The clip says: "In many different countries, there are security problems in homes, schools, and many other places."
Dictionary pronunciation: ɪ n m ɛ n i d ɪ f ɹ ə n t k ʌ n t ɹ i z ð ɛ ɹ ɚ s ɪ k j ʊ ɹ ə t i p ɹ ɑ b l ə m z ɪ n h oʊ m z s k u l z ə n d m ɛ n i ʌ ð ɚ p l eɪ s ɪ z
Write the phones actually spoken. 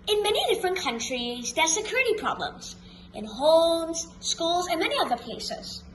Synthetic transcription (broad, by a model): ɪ n m ɛ n i d ɪ f ɹ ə n k ʌ n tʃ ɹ i z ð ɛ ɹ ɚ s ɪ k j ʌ ɹ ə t i p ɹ ɑ b l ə m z ɪ n h oʊ m z s k u l z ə n m ɛ n i ʌ ð ɚ p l eɪ s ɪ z